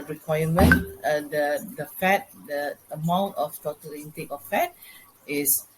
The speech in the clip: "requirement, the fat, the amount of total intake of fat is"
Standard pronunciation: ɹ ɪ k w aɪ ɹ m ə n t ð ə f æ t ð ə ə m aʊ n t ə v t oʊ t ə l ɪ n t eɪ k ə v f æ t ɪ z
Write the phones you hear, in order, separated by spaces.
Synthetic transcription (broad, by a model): ɹ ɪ k w aɪ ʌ m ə n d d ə f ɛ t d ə ə m aʊ n t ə f t oʊ t ə l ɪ n t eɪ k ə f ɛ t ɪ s